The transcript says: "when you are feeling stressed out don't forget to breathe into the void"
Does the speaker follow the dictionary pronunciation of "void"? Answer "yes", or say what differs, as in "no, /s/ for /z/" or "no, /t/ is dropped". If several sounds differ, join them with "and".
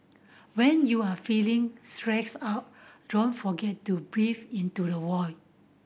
no, /w/ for /v/